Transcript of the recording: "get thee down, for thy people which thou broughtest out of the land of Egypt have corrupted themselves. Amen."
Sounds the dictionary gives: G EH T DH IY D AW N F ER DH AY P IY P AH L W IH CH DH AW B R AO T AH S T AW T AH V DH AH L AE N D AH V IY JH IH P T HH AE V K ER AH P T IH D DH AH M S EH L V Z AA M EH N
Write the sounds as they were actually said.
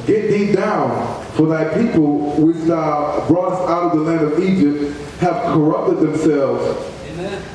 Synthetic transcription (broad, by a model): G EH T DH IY D AW N F ER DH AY P IY P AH L W IH CH DH AW B R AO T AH S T AW T AH V DH AH L AE N D AH V IY JH IH P T HH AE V K ER AH P T IH D DH AH M S EH L V Z